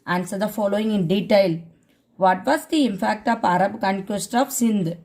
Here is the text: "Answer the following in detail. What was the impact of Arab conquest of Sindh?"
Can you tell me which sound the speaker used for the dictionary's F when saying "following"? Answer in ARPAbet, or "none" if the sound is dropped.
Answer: F